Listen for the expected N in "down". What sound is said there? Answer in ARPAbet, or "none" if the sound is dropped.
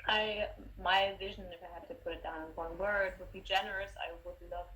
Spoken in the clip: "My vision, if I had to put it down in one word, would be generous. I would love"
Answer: none